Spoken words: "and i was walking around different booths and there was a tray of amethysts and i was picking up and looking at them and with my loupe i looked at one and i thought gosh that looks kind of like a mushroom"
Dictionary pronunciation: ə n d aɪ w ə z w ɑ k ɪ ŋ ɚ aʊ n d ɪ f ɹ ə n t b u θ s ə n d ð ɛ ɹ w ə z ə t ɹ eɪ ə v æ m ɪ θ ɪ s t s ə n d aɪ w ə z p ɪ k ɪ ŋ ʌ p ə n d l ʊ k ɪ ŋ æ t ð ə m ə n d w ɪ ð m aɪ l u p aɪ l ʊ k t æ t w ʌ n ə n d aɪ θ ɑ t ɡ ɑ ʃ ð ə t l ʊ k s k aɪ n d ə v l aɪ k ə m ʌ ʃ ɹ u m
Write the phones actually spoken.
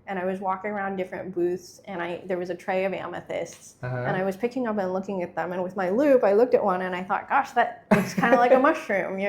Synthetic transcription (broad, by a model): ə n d aɪ w ə z w ɑ k ɪ ŋ ɚ aʊ n d ɪ f ɹ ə n b u θ s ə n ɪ ð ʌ ɹ w ə z ə t ɹ eɪ ə v æ m ɪ θ ɪ s t s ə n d aɪ w ə z p ɪ k ɪ ŋ ʌ p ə n l ʊ k ɪ ŋ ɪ t ð ə m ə n w ɪ ð m aɪ l u p aɪ l ʊ k t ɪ t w ʌ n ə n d aɪ θ ɑ t ɡ ɑ ʃ ð ə t w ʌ s k aɪ n d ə l aɪ k ə m ʌ ʃ ɹ u m